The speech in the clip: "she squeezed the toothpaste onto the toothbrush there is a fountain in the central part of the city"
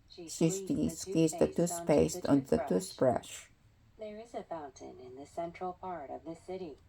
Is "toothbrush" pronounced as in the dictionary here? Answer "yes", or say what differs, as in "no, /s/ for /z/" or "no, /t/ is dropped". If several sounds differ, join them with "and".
no, /s/ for /θ/